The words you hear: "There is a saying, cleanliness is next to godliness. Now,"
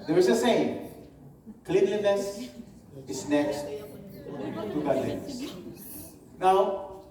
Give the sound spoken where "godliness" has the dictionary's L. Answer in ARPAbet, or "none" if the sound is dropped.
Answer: none